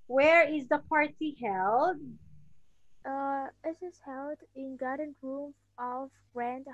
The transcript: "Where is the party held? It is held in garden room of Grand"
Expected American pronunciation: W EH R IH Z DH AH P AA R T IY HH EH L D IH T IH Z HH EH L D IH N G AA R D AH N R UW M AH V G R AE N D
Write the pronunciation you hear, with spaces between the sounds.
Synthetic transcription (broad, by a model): W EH R IH Z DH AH P AA R T IY HH EH L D IH T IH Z HH EH L D IH N G AA R D AH N R UW M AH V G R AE N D